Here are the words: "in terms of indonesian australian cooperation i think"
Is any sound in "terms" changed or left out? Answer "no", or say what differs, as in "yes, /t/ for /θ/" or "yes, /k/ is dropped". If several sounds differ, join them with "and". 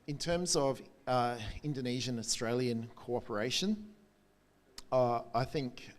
no